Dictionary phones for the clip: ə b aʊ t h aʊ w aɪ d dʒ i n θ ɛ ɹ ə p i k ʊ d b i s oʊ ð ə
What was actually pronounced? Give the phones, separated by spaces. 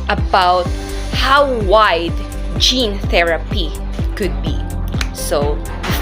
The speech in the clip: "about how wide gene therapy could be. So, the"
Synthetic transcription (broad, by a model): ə b aʊ t h aʊ w aɪ d dʒ i n θ ɛ ɹ ə p i k ʊ d b i s oʊ